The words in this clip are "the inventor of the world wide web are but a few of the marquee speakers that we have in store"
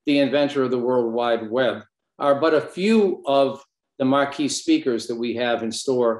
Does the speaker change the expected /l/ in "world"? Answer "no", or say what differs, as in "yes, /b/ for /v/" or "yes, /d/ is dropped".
no